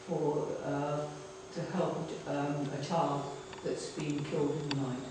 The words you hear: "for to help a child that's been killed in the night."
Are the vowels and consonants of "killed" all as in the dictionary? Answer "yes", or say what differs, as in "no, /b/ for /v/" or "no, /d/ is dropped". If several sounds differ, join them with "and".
yes